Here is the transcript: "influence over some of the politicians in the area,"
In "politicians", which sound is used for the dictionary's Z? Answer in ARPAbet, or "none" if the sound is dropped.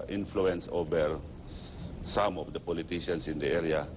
S